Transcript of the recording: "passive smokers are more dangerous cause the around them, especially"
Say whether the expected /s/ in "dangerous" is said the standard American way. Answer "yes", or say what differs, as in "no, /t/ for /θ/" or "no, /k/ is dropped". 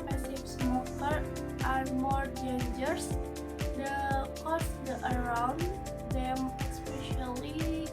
no, /s/ is dropped